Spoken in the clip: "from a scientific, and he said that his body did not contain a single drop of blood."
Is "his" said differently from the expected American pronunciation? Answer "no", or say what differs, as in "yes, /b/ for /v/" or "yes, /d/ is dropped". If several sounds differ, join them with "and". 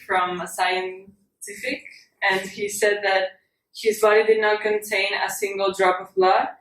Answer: no